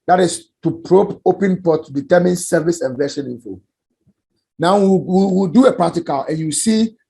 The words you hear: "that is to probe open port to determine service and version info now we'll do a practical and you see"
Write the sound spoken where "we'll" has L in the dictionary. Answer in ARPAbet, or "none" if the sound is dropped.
W